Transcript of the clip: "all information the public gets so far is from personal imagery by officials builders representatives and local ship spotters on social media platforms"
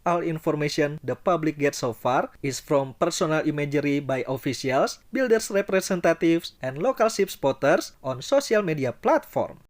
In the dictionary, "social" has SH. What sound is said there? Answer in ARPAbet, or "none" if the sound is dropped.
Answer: S